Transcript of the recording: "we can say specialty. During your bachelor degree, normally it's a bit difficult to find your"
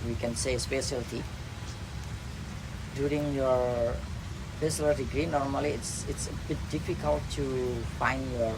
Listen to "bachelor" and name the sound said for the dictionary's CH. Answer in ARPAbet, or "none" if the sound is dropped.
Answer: S